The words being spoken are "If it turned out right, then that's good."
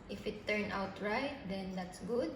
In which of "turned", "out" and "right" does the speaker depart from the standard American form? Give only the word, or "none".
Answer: turned